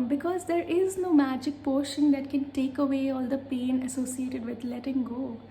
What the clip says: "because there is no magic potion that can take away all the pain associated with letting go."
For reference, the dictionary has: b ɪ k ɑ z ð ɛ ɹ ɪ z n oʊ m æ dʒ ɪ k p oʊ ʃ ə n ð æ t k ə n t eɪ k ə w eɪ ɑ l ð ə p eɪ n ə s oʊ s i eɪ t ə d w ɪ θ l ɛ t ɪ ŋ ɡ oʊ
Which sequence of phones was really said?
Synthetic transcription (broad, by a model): b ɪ k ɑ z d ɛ ɹ ɪ z n oʊ m æ dʒ ɪ k p oʊ ʃ ə n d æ t k ə n t eɪ k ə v eɪ ɑ l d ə p eɪ n ə s oʊ s i eɪ t ə d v ɪ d l ɛ t ɪ ŋ ɡ oʊ